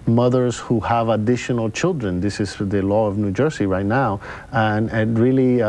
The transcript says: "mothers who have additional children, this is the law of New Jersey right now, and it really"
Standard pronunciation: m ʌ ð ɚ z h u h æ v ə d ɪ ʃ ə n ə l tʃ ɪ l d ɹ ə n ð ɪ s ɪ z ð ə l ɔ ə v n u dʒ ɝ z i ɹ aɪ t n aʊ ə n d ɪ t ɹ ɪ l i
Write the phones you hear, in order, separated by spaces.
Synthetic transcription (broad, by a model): m ʌ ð ɚ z h u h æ v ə d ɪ ʃ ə n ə l tʃ ɪ l d ɹ ə n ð ɪ s ɪ z ð ə l ɔ ə v n u dʒ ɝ s i ɹ aɪ t n aʊ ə n ɪ t ɹ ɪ l i